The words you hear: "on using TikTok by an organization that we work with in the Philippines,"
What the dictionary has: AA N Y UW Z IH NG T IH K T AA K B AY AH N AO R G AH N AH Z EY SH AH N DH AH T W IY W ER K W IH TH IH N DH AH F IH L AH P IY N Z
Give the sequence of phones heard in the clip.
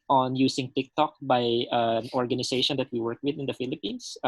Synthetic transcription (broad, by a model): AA N Y UW S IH NG T IH K T AA K B AY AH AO R G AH N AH S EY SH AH N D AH T W IY W ER K W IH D IH N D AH F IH L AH P IY N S